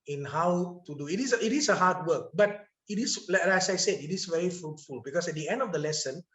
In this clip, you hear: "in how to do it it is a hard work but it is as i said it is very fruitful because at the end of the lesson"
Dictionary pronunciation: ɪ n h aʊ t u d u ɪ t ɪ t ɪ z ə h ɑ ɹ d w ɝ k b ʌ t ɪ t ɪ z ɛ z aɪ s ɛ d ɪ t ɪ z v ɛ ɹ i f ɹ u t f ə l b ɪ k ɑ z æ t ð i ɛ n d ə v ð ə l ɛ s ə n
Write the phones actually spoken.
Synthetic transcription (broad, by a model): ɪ n h aʊ t u d u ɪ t ɪ t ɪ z ə h ɑ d w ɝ k b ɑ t ɪ t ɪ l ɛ s aɪ s ɛ d ɪ t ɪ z v ɛ ɹ i f ɹ u t f ə l b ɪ k ɑ s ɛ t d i ɛ n d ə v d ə l ɛ s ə n